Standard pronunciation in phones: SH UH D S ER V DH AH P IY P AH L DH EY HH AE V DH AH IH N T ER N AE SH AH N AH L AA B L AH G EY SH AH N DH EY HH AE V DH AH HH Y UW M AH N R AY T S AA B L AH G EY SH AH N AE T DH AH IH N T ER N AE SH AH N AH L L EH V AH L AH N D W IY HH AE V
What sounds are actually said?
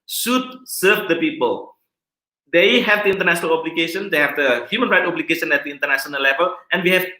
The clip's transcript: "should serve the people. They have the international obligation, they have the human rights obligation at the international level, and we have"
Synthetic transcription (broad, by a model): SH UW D S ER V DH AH P IY P AH L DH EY HH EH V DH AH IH N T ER N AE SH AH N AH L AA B L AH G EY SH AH N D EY HH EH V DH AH HH Y UW M AH N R AY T AA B L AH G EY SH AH N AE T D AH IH N T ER N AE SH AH N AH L L EH V AH L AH N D W IY HH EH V